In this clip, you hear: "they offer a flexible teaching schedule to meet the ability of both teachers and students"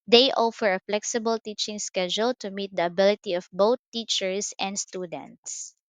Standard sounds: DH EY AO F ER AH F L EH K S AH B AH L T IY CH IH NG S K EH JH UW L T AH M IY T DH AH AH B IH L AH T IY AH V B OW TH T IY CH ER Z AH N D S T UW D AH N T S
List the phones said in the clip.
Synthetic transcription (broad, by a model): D EY AO F ER AH F L EH K S AH B AH L T IY CH IH NG S K EH JH UW L T AH M IY T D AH AH B IH L AH T IY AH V B OW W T IY CH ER S AH N D S T UW D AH N T S